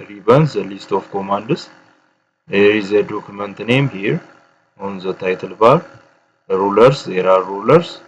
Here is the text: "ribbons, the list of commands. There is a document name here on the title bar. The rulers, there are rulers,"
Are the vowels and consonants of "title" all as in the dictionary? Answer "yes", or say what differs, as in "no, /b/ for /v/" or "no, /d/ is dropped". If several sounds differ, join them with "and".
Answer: yes